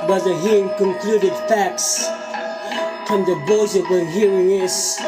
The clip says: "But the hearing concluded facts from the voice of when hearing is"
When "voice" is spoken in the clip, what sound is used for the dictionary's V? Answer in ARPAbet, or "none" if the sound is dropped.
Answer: B